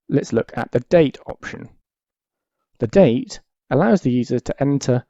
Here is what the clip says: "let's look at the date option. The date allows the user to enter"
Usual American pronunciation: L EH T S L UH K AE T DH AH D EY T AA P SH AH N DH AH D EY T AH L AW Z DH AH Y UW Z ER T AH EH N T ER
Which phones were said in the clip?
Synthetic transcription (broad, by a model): L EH T S L UH K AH T DH AH D EY T AA P SH AH N DH AH D EY T AH L AW Z DH AH Y UW Z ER T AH EH N T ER